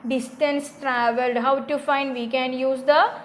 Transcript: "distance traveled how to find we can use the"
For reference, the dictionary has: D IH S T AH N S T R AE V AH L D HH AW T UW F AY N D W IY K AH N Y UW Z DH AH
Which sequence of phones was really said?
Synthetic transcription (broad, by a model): D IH S T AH N S T R AE V AH L D HH AW T UW F AY N D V IY K AH N Y UW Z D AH